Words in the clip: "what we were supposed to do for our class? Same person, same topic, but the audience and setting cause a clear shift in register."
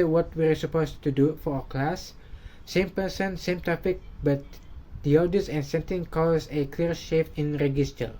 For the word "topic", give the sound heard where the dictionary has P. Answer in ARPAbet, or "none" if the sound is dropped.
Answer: F